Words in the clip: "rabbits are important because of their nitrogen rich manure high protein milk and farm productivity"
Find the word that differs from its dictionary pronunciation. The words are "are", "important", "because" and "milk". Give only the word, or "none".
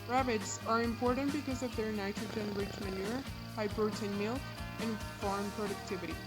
milk